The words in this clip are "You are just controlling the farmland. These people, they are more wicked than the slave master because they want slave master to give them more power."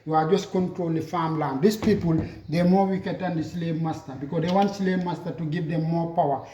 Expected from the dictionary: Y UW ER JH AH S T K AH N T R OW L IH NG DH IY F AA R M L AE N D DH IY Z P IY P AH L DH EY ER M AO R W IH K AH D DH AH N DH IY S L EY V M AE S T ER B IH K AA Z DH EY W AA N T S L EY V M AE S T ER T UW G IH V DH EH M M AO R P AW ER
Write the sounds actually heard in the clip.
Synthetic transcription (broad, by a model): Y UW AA JH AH S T K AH N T R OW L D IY F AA M L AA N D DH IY S P IY P AH L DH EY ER M AO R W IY K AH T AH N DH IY S L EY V M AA S T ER B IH K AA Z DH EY W AA N T S L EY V M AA S T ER T UW G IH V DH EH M M AO P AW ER